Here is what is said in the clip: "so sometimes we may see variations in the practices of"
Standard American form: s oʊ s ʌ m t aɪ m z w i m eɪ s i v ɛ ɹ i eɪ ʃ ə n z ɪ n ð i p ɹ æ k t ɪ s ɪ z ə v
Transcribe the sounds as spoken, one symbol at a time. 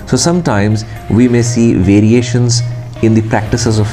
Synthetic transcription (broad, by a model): s oʊ s ʌ m t aɪ m z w i m eɪ s i v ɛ ɹ i eɪ ʃ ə n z ɪ n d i p ɹ æ k t ɪ s ɪ z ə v